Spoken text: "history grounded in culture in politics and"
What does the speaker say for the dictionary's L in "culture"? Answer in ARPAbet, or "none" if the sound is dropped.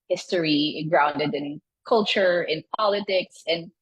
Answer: L